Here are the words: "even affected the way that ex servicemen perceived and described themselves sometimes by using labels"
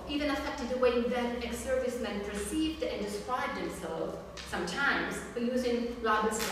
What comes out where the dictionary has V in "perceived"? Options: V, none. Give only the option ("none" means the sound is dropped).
V